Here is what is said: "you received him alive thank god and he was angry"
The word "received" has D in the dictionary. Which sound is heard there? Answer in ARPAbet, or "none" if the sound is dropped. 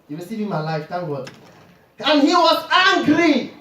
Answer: none